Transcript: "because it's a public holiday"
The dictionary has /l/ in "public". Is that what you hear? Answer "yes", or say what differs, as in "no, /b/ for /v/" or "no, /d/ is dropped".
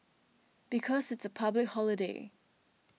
yes